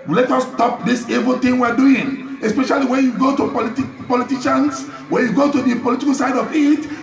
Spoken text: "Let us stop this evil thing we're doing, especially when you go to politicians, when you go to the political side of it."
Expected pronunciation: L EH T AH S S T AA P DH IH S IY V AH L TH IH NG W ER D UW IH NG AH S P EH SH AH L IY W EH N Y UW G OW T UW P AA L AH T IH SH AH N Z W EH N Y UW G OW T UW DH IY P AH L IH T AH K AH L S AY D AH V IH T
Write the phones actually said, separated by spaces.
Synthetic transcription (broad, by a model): L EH T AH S S T AA P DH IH S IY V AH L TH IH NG W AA D UW IH NG AH S P EH SH AH L IY W EH N Y UW G OW T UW P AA L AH T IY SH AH N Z W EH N Y UW G OW T UW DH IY P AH L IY T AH K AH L S AY D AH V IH T